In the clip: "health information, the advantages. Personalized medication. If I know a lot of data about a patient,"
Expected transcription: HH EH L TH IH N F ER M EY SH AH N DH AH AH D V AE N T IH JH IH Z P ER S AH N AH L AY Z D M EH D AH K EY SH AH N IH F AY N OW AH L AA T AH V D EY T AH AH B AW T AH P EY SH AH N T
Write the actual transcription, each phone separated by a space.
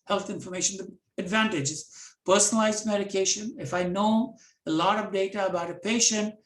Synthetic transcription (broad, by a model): HH EH L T IH N F ER M EY SH AH N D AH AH D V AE N T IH JH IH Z P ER S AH N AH L AY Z M EH D AH K EY SH AH N IH F AY N OW AH L AA T AH V D EY T AH AH B AW T AH P EY SH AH N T